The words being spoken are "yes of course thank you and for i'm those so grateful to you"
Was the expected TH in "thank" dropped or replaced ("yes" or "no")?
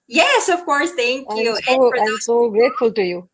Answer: yes